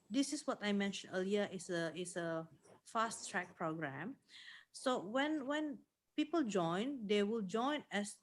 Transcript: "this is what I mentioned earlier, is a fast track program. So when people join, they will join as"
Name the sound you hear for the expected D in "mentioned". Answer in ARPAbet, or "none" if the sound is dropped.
none